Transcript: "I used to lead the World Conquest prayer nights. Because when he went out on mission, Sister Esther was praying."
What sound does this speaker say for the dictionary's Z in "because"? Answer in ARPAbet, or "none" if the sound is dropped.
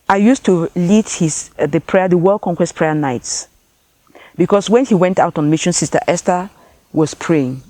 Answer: S